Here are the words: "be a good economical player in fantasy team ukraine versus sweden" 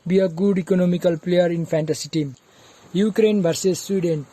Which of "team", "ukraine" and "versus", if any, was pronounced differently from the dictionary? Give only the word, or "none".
versus